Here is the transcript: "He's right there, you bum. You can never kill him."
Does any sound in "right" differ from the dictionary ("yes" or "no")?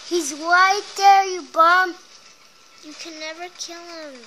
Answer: yes